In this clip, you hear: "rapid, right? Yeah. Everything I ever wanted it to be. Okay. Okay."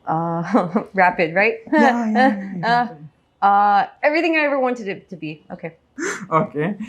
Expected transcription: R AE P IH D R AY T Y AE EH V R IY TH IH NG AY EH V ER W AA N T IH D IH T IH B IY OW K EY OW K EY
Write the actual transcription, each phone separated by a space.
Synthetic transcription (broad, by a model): R AE P IH D R AY T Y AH EH V R IY TH IH NG AY EH V ER W AA N T IH D IH T IH B IY OW K EY OW K EY